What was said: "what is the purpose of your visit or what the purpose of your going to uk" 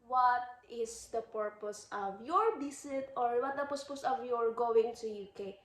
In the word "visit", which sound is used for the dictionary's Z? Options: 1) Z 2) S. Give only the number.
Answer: 2